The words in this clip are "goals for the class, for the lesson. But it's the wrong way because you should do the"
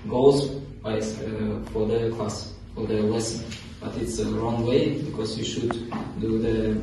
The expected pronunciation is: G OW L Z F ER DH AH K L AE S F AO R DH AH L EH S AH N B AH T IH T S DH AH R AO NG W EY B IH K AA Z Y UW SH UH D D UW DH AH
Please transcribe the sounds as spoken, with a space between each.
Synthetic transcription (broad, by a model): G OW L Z F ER DH AH K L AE S F AO R DH AH W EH S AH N B AH T IH T S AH R AO NG W EY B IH K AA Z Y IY SH UH D D UW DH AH